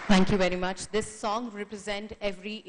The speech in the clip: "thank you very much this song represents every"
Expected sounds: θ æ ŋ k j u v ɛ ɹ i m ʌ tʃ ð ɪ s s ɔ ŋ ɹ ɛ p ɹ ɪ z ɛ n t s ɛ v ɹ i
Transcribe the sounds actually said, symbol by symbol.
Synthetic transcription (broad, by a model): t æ ŋ k j u v ɛ ɹ i m ʌ tʃ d ɪ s s ɔ ŋ ɹ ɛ p ɹ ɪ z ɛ n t ɛ v ɹ i